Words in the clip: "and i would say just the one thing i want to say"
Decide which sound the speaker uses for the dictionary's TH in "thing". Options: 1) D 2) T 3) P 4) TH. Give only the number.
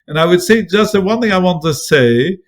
4